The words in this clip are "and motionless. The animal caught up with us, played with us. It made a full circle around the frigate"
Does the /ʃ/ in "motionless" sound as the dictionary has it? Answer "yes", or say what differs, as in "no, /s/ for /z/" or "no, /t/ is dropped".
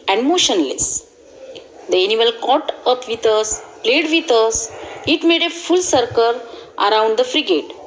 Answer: yes